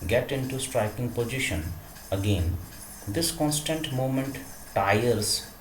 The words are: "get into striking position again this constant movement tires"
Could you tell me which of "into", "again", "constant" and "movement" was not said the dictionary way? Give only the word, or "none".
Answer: movement